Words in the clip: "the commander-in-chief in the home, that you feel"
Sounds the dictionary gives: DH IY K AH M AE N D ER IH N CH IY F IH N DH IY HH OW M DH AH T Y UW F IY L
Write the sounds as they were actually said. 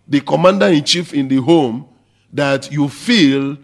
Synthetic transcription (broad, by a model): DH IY K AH M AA N D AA IH N CH IY F IH N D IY HH OW M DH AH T Y UW F IY L